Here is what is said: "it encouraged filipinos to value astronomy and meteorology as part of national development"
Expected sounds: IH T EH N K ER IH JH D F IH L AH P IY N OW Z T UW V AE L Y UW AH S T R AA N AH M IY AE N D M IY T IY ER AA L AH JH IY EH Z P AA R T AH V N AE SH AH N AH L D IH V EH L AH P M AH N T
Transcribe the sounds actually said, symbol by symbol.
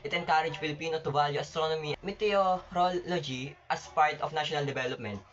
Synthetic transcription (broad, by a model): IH T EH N K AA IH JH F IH L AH P IY N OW T UW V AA L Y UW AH S T R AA N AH M IY M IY T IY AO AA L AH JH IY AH S P AA R T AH F N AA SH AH N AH L D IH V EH L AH P M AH N T